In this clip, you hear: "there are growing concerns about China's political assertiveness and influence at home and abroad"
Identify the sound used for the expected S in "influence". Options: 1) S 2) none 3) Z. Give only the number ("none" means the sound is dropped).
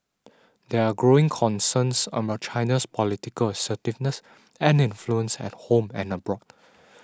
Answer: 1